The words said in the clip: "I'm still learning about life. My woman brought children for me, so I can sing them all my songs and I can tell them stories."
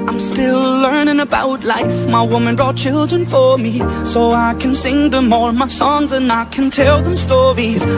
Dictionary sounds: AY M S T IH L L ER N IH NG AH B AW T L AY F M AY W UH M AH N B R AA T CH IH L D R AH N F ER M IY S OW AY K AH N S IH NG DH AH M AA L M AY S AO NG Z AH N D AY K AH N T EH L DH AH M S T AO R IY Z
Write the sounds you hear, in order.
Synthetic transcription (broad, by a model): AY M S T IH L L ER N IH NG AH B AW T L AY F M AY W UH M AH N B R AA T CH IH L D R AH N F ER M IY S OW AY K AH N S IH NG DH AH M AA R M AY S AO NG Z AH N AY K AH N T EH L DH AH M S T AO R IY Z